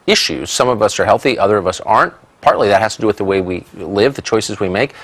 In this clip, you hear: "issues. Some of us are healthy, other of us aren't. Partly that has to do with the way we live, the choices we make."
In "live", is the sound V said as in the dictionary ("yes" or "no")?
yes